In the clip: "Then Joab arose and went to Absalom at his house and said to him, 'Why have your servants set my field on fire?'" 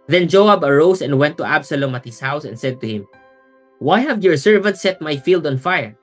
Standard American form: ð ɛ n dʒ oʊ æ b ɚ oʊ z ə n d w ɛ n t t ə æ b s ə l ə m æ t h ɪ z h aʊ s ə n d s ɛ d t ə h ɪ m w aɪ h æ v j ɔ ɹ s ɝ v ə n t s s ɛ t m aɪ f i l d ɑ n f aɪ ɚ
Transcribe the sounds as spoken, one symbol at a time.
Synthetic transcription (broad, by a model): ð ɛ n dʒ oʊ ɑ b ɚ oʊ s ə n d w ɛ n t t ə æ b s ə l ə m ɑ t h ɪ s h aʊ s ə n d s ɛ d t ə h ɪ m w aɪ h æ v j ɔ ɹ s ɝ v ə n t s s ɛ t m aɪ f i l d ɑ n f aɪ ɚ